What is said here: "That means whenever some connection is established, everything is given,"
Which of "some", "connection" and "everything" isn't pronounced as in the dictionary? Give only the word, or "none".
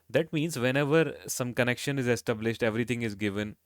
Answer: everything